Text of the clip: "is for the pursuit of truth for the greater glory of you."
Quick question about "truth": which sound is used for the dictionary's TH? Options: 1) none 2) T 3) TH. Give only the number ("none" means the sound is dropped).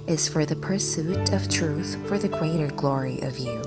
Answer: 3